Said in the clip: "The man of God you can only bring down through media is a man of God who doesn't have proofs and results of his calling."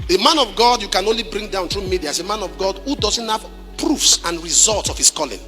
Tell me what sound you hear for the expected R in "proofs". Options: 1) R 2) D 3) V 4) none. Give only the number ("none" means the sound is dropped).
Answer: 1